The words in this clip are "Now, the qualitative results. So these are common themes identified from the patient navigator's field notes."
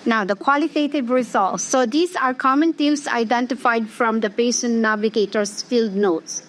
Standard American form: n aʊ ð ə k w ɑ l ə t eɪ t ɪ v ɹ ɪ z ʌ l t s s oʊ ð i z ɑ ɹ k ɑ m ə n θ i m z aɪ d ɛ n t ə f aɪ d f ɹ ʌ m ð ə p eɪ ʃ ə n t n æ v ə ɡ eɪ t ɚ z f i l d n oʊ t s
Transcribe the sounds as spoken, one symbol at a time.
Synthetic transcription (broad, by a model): n aʊ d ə k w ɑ l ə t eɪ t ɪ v ɹ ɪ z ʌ l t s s oʊ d i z ɑ ɹ k ɑ m ə n t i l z aɪ d ɛ n t ə f aɪ d f ɹ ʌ m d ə p eɪ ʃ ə n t n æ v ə ɡ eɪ t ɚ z f i l d n oʊ t s